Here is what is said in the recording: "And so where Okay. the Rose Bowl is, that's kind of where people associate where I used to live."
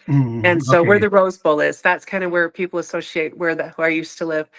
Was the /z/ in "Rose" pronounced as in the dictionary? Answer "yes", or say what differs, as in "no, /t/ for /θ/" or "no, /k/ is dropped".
yes